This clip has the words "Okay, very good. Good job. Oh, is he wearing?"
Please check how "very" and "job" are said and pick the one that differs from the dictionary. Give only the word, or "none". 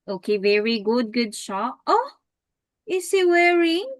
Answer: job